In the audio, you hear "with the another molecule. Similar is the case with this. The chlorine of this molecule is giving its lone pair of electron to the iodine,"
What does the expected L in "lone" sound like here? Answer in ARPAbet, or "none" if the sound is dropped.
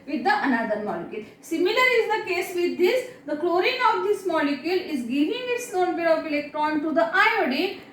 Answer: N